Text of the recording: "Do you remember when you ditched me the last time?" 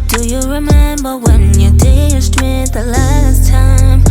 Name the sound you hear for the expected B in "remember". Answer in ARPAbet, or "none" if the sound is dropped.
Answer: B